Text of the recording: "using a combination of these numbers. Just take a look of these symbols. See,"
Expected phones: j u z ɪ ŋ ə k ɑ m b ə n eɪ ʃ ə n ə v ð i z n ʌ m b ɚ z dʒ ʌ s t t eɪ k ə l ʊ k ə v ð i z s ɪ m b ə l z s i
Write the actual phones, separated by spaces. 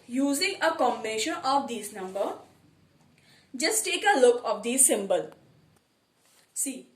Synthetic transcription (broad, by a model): j u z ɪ ŋ ə k ɑ m b ə n eɪ ʃ ə n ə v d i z n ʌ m b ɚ dʒ ʌ s t t eɪ k ə l ʊ k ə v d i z s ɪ m b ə l s i